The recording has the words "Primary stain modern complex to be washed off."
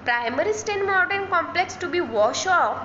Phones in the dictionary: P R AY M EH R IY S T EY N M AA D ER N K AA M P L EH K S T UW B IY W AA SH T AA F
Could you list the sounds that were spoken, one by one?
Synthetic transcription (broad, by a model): P R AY M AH R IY S T EY N M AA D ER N K AA M P L EH K S T UW B IY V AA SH AA